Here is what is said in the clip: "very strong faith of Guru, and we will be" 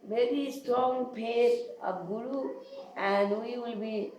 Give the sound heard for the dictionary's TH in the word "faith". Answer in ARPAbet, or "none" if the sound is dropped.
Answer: T